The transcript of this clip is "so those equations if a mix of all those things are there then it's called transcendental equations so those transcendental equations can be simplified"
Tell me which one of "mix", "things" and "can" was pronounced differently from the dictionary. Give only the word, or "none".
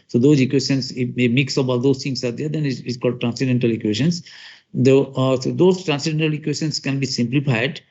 things